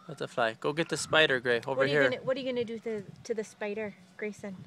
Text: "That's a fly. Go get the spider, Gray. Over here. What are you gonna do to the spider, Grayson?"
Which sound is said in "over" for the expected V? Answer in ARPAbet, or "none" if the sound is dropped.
W